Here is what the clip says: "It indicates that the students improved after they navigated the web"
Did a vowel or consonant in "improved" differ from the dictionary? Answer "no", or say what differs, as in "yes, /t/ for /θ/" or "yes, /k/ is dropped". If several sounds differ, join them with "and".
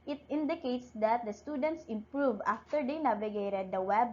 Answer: yes, /d/ is dropped